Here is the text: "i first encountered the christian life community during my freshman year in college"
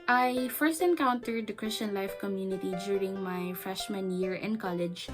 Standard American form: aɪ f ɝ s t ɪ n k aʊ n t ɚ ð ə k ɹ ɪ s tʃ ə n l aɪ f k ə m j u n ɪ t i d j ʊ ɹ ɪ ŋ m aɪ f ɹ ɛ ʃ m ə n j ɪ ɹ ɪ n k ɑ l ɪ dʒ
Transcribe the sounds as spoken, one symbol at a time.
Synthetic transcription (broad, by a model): aɪ f ɝ s t ɪ n k aʊ n t ɚ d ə k ɹ ɪ s tʃ ə n l aɪ f k ə m j u n ɪ t i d j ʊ ɹ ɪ ŋ m aɪ f ɹ ɛ ʃ m ə n j ɪ ɹ ɪ n k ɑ l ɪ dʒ